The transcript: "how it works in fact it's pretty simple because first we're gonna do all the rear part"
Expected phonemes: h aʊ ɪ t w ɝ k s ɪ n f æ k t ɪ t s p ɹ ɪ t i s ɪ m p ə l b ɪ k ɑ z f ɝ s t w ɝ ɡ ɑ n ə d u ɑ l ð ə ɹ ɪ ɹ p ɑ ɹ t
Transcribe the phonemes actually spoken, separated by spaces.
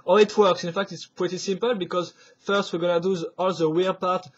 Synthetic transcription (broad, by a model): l ɪ t w ɝ k s ɪ n f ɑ k t ɪ t s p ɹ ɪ t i s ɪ m p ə l b ɪ k ɑ z f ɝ s t w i ɡ ɑ n ə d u ɑ l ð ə w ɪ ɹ p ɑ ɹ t